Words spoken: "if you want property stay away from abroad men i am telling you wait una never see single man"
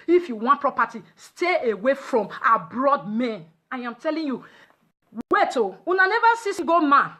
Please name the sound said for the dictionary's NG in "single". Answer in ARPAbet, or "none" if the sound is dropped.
none